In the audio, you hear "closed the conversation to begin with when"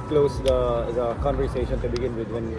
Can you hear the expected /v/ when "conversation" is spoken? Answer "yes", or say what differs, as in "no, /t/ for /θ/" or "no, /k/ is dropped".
no, /v/ is dropped